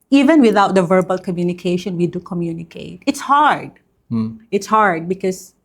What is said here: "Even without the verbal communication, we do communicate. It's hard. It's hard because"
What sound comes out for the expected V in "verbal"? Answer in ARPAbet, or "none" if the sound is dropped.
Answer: V